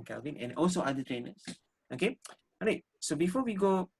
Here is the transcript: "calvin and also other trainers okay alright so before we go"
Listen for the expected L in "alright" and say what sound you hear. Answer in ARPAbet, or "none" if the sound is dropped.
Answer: none